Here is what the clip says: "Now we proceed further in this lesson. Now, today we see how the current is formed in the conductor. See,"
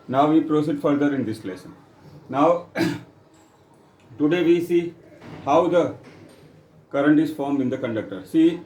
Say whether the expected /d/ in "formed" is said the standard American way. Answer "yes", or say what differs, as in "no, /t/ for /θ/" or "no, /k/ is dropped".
no, /d/ is dropped